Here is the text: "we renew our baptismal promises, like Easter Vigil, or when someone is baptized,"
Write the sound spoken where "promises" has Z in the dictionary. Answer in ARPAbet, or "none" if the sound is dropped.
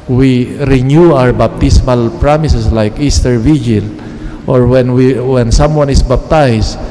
S